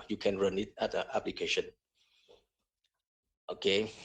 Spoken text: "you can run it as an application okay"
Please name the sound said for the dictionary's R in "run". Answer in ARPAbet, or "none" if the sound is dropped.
R